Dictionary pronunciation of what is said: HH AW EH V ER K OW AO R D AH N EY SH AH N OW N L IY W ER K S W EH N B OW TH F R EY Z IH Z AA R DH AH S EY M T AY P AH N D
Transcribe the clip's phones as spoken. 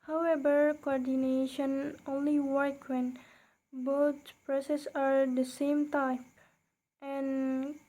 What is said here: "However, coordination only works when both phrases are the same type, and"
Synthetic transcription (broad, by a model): HH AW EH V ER K OW AO R D AH N EY SH AH N OW N L IY W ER K W EH N B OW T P R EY S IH S AA R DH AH S EY M T AY P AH N